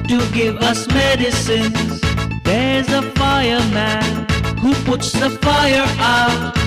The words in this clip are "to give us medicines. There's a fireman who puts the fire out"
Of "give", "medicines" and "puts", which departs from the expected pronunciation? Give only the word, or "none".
none